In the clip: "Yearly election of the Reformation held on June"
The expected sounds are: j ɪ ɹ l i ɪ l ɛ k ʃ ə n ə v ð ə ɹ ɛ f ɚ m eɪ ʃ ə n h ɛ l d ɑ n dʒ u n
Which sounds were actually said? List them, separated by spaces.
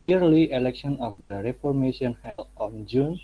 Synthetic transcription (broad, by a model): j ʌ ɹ l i ɪ l ɛ k ʃ ə n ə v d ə ɹ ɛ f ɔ m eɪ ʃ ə n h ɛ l ɑ n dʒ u n